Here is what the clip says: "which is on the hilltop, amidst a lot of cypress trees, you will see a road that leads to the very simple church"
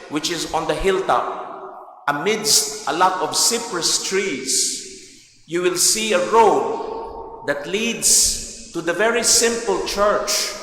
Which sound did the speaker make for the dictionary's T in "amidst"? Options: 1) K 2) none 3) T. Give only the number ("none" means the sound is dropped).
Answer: 3